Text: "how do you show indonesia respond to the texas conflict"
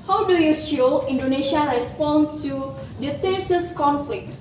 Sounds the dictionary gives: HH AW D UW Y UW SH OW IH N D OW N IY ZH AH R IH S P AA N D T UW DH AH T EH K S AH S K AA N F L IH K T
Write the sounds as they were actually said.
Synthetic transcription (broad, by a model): HH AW D UW Y UW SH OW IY N D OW N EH SH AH R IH S P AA N T UW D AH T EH S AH S K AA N F L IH K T